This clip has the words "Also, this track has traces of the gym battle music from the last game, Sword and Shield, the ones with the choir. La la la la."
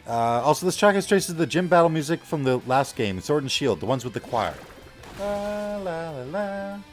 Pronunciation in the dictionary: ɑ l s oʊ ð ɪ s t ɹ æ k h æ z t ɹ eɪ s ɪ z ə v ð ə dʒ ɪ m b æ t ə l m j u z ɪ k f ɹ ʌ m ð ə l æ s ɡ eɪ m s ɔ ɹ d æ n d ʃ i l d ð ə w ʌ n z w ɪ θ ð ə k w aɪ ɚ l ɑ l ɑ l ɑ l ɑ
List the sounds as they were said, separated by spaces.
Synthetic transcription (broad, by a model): ɑ l s oʊ ð ɪ s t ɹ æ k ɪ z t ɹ eɪ s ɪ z ð ə dʒ ɪ m b æ t l m j u z ɪ k f ɹ ʌ m ð ə l æ s ɡ eɪ m s ɔ ɹ d n ʃ i l d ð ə w ʌ n z w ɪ ð ə k w aɪ ɚ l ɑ l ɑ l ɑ l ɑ